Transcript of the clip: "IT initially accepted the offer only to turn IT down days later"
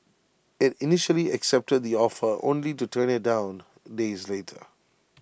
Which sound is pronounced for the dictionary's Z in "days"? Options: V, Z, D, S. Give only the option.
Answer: Z